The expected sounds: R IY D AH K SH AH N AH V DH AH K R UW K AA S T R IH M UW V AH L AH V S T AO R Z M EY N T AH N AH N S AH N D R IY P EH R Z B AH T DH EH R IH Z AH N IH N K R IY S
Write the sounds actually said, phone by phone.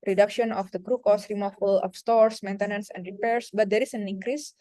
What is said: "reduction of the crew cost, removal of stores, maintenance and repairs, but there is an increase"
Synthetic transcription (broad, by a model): R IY D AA K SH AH N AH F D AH K R UW K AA S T R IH M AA F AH L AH P S T AO R S M EY N T AH N AH N S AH N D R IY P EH R S B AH T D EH R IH S AH N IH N K R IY S